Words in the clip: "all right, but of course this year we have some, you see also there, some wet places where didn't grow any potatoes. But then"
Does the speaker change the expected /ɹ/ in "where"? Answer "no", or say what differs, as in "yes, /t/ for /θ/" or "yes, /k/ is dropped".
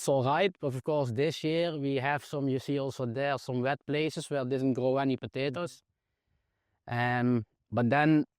yes, /l/ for /ɹ/